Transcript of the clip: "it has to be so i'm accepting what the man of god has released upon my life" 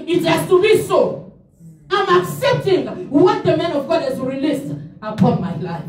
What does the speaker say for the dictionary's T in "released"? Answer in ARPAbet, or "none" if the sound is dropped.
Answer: T